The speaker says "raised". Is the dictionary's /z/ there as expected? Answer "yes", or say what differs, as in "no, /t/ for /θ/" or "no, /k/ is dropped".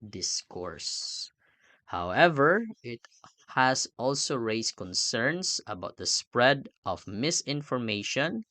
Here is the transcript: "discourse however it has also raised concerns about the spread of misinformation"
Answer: no, /s/ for /z/